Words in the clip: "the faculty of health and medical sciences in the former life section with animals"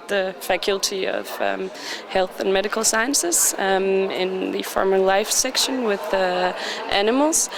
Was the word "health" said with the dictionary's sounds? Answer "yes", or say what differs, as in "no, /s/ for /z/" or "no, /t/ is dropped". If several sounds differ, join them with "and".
yes